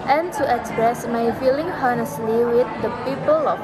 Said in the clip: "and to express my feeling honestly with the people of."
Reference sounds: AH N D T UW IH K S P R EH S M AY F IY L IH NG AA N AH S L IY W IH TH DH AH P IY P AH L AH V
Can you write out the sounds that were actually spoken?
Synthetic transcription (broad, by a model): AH N T UW IH K S P R EH S M AY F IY L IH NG AA N AH S L IY W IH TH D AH P IY P AH L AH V